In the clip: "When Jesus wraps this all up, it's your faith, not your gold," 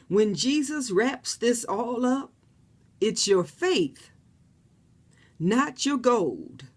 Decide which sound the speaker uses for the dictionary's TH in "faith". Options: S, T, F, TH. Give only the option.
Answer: TH